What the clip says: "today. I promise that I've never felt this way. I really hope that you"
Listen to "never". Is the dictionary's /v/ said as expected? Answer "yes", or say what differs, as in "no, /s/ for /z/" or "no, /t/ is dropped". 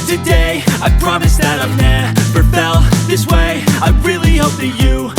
no, /p/ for /v/